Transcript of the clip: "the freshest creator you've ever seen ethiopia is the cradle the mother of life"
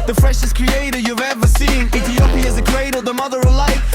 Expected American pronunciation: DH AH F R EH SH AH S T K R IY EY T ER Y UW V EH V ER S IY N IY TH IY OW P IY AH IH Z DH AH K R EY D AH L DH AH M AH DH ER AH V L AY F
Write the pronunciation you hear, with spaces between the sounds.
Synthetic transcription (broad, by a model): DH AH F R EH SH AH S K R IY EY T ER Y UW V EH V ER S IY N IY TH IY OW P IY IH Z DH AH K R EY D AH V DH AH M AH DH ER AH V L AY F